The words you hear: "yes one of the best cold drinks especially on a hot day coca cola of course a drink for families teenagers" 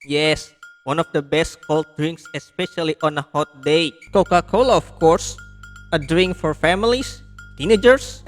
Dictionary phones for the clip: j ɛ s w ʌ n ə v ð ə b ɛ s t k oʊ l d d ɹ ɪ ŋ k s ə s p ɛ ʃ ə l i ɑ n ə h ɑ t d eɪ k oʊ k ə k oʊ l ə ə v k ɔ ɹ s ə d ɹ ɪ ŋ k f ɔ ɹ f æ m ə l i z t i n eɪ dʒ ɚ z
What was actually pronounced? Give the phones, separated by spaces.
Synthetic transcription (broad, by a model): j ɛ s w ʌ n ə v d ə b ɛ s t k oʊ l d d ɹ ɪ ŋ k s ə s p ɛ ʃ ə l i ɑ n ə h ɑ t d eɪ k oʊ k ə k oʊ l ə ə f k ɔ ɹ s ə d ɹ ɪ ŋ k f ɔ ɹ f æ m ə l i s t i n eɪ dʒ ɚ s